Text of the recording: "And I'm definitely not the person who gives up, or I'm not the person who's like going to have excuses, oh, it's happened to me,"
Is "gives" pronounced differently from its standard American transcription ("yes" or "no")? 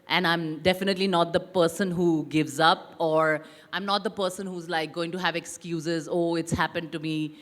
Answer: no